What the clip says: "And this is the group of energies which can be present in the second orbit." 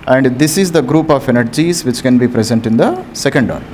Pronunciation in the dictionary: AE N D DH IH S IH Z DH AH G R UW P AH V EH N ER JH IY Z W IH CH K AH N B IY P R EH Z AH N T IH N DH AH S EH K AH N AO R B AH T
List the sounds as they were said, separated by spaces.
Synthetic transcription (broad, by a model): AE N D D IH S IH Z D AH G R UW P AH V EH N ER JH IY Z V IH CH K AH N B IY P R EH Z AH N T IH N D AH S EH K AH N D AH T